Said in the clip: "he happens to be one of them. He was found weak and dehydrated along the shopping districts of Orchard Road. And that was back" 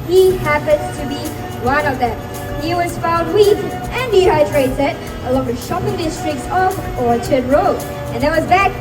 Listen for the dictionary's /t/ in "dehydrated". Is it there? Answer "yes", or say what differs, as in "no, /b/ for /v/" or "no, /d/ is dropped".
no, /s/ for /t/